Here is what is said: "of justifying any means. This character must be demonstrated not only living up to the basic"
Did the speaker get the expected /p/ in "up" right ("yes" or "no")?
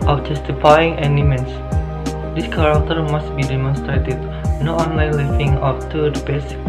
no